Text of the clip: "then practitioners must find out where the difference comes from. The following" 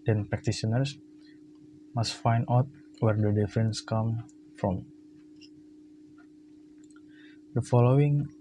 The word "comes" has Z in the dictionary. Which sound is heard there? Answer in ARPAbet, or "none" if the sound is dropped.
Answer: none